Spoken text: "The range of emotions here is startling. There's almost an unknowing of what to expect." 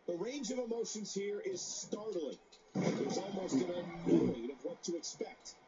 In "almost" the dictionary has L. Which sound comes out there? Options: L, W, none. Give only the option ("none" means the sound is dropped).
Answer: L